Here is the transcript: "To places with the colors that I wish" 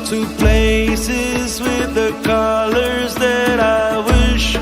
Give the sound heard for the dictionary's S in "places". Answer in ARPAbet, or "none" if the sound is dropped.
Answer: S